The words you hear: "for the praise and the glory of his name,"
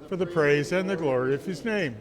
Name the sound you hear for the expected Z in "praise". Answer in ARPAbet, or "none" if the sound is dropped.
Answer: Z